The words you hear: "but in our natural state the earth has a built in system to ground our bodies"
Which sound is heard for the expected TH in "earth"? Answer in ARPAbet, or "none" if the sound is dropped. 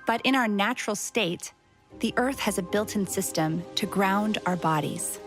TH